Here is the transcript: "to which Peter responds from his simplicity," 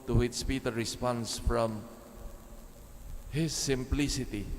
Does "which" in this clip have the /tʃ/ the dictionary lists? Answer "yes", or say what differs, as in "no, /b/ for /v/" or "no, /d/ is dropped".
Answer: no, /s/ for /tʃ/